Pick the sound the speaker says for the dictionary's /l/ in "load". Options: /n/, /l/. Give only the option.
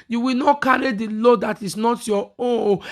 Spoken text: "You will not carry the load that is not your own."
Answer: /l/